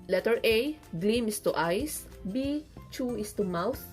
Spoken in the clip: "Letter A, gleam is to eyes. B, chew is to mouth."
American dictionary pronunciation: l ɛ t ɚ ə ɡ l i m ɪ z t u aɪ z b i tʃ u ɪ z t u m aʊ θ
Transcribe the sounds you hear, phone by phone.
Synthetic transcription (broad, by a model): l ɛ t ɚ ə ɡ l i m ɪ s t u aɪ s b i tʃ u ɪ s t u m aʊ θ